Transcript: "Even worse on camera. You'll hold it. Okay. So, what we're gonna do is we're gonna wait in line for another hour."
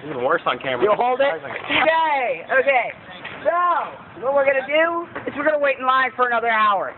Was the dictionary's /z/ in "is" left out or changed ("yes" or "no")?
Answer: yes